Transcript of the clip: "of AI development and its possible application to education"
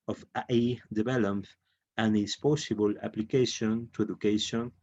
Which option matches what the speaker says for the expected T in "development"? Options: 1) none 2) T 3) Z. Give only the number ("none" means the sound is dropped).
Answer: 1